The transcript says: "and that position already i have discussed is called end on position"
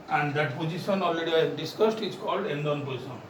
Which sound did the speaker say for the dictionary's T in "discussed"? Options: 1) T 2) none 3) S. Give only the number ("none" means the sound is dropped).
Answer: 1